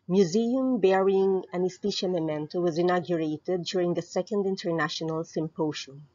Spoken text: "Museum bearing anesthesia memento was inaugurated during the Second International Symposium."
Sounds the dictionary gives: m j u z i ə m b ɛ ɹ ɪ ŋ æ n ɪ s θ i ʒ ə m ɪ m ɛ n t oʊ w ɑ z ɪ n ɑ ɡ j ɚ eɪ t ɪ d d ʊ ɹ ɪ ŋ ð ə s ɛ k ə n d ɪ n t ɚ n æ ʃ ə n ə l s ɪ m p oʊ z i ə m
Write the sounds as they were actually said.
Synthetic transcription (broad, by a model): m j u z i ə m b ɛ ɹ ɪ ŋ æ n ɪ s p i ʃ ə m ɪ m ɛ n t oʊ w ɑ z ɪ n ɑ ɡ j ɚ eɪ t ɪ d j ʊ ɹ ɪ ŋ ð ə s ɛ k ə n d ɪ n t ɚ n æ ʃ ə n ə l s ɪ m p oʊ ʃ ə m